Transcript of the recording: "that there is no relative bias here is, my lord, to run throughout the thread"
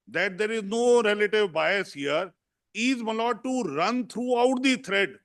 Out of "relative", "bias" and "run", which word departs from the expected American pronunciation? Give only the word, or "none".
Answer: none